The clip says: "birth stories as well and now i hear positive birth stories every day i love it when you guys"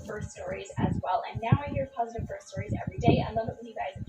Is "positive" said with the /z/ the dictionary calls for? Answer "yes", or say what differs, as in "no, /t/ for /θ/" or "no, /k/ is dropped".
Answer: yes